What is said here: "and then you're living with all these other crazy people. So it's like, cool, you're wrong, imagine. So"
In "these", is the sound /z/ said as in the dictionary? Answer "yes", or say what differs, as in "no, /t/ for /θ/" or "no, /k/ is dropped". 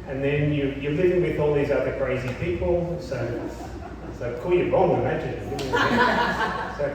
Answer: yes